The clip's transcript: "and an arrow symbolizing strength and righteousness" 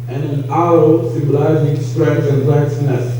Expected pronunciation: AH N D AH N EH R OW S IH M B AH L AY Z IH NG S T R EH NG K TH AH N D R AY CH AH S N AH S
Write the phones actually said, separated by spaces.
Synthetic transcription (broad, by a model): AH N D AH N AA OW S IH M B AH L AY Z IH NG S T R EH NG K S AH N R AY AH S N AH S